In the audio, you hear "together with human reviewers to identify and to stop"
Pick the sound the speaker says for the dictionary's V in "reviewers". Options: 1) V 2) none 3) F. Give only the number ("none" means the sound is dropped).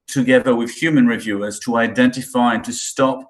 1